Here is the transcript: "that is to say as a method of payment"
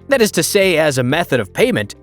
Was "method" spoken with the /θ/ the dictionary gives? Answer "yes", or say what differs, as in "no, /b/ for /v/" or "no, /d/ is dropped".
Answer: yes